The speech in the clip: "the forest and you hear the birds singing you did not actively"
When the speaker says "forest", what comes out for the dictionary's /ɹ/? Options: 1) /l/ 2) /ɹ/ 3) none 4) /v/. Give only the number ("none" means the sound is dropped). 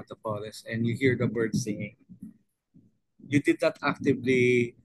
1